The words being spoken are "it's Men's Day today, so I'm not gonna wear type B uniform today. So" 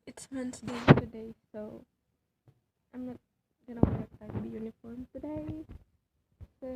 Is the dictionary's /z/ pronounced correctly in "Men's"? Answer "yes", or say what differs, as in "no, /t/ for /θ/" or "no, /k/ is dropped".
no, /s/ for /z/